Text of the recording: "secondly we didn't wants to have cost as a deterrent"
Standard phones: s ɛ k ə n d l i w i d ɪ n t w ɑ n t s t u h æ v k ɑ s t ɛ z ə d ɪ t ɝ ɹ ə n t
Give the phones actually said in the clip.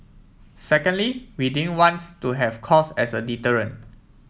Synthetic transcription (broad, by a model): s ɛ k ə n d l i w i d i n w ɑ n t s t u h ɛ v k ɑ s ɛ s ə d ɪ t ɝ ɹ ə n